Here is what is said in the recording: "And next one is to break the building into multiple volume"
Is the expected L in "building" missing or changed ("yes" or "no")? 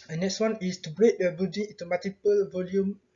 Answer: yes